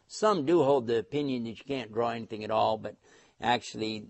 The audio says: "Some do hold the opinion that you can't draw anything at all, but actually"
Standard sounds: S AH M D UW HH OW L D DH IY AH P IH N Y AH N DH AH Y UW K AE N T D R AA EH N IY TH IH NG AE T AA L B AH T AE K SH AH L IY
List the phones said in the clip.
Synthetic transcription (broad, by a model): S AH M D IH HH OW L D DH IY AH P IH N Y AH N DH AH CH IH K AE N D R AA EH N IY TH IH NG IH T AA L B AH T AE K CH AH L IY